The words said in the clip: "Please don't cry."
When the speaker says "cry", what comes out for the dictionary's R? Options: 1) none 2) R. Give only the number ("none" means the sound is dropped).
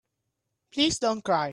2